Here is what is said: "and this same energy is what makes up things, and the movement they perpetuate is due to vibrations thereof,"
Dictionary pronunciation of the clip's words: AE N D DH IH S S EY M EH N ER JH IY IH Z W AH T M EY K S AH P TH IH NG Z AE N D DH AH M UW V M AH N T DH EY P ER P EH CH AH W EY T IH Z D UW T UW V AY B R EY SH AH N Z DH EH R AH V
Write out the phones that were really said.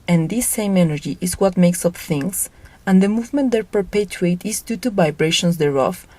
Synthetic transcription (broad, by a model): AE N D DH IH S S EY M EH N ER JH IY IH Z W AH T M EY K S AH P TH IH NG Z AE N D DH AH M UW V M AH N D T P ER P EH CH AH EY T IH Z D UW T UW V AY B R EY SH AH N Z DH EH R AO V